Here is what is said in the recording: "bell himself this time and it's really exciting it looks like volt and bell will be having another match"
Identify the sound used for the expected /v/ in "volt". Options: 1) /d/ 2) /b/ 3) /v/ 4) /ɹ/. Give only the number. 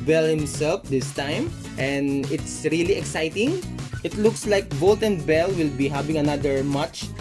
2